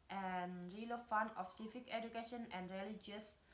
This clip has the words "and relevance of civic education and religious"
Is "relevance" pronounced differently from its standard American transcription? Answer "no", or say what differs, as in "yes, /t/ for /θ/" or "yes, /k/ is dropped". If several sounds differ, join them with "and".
yes, /f/ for /v/ and /s/ is dropped